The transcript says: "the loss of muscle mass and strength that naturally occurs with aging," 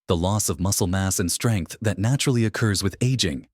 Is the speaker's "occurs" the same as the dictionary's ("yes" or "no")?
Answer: yes